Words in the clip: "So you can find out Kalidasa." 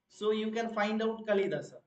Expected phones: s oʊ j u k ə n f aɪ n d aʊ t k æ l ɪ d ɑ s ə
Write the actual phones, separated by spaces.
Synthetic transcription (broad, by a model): s oʊ j u k ə n f aɪ n d aʊ t k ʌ l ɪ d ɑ s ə